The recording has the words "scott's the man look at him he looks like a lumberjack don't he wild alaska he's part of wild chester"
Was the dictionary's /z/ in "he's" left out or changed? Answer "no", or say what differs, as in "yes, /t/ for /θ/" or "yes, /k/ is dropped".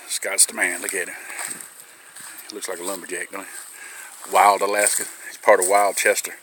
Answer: yes, /s/ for /z/